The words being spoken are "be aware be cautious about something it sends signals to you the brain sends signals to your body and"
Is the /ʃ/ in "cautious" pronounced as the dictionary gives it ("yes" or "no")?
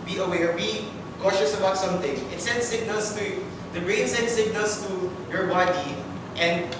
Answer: yes